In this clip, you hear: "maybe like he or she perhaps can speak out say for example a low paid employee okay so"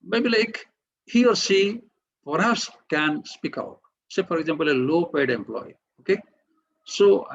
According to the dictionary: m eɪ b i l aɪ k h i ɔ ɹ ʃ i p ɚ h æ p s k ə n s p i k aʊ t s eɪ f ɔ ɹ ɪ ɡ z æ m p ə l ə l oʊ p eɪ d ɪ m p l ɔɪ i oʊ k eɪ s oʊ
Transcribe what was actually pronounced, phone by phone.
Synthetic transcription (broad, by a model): m eɪ b i l aɪ k h i ɔ ɹ s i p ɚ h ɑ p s k ə n s p i k aʊ t s eɪ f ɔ ɹ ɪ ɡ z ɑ m p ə l ə l oʊ p eɪ d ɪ m p l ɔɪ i oʊ k eɪ s oʊ